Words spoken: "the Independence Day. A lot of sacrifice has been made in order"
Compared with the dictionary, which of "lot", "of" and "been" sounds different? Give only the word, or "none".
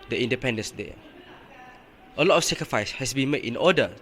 of